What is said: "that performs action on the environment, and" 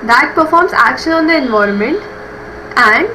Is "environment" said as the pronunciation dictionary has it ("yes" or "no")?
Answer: yes